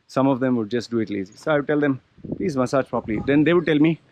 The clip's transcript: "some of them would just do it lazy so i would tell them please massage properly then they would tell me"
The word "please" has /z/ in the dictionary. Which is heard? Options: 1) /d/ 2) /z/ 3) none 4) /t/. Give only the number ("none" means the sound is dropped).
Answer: 2